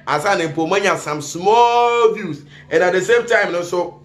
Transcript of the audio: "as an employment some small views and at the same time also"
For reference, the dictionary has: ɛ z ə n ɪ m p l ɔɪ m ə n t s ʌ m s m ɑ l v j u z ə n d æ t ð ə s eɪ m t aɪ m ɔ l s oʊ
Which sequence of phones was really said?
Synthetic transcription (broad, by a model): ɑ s ə n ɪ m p ɔɪ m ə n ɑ s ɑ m s m ɑ l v j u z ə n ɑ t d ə s eɪ m t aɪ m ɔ s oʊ